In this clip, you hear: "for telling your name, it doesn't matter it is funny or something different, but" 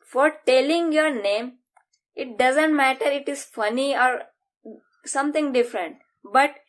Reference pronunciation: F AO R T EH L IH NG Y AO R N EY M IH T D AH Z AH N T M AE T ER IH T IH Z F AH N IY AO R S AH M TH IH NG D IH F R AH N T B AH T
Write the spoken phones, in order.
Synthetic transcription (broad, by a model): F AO R T EH L IH NG Y AO R N EY M IH T D AH Z AH N T M AE T ER IH T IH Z F AH N IY AO R S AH M T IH NG D IH F R AH N T B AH T